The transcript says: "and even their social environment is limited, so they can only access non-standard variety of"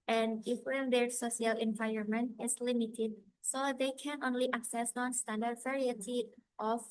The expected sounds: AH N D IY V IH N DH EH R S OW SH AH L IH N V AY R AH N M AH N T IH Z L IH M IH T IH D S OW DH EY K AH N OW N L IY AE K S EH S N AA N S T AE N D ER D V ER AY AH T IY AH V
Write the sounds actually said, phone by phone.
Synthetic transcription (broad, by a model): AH N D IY F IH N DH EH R S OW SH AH L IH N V AY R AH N M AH N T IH S L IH M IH T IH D S OW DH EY K AH N OW N L IY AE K S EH S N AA N S T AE N D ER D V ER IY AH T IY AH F